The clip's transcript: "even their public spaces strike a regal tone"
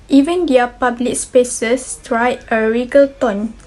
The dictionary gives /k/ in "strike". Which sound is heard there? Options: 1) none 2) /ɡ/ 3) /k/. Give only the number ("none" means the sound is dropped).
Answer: 1